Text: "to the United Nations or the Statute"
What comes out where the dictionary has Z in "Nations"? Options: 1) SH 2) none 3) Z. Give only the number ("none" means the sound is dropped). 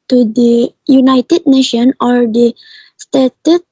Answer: 2